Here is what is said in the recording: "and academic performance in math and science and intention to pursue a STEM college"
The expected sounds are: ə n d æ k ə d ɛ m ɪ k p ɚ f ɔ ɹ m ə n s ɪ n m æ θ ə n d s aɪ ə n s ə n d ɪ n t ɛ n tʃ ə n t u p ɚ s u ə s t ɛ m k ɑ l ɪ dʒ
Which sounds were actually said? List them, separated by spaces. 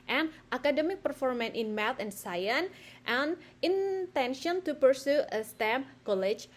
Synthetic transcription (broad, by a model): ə n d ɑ k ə d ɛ m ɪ k p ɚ f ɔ ɹ m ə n ɪ n m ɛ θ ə n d s aɪ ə n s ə n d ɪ n t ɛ n ʃ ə n t u p ɚ s u ə s t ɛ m k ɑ l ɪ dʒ